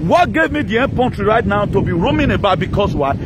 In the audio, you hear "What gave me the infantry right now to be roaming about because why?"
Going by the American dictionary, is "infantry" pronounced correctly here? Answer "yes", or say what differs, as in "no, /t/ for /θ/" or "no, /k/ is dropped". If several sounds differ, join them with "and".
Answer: no, /p/ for /f/